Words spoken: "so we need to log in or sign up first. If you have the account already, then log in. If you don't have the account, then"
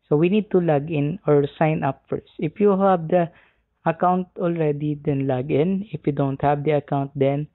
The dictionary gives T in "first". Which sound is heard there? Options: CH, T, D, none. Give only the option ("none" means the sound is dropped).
T